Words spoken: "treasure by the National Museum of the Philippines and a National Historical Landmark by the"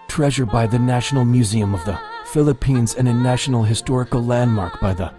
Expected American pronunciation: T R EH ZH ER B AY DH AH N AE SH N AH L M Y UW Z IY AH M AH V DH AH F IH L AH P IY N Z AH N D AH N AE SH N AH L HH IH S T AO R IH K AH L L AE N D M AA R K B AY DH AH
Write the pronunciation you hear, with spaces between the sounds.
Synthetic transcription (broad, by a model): T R EH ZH ER B AY DH AH N AE SH N L M Y UW Z IY AH M AH V DH AH F IH L AH P IY N Z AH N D AH N AE SH N L HH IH S T AO R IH K L L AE N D M AA R K B AY DH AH